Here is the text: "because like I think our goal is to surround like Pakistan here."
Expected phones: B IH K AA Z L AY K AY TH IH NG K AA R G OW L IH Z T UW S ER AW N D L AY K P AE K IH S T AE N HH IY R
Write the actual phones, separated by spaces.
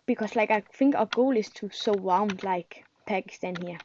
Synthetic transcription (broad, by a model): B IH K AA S L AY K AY F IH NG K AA G OW L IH S T UW S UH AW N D L AY K P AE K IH S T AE N HH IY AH